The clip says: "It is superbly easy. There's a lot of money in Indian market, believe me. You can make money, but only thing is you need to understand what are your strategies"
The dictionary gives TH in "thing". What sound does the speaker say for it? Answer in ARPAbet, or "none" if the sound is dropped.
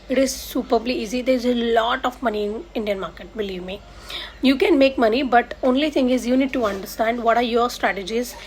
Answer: T